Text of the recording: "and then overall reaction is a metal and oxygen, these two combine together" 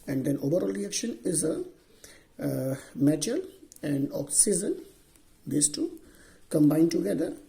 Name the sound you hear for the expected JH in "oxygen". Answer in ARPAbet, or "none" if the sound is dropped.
Z